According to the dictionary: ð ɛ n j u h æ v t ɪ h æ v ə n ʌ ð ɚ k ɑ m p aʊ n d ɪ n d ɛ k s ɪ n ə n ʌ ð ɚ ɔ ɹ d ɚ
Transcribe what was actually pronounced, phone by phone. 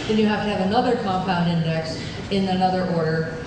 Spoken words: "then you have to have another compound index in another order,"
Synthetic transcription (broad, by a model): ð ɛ n j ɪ h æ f t ɪ v ə n ʌ ð ɚ k ɑ m p aʊ n d ɪ n d ɛ k s ɪ n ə n ʌ ð ɚ ɔ ɹ d ɚ